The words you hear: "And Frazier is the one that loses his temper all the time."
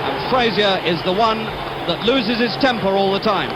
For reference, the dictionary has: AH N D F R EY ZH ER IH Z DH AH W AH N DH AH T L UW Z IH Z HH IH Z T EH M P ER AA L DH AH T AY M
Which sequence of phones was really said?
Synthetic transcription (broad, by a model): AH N F R EY Z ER IH Z DH AH W AH N DH AH T L UW Z IH Z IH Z T EH M P ER AA L DH AH T AY M